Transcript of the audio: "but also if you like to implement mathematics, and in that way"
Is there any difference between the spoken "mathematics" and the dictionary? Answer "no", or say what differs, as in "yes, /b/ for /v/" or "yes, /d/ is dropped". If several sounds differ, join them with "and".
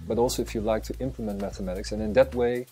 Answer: no